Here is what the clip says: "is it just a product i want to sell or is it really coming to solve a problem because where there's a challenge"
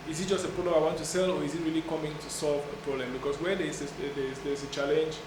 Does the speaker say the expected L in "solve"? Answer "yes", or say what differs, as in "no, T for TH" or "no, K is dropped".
yes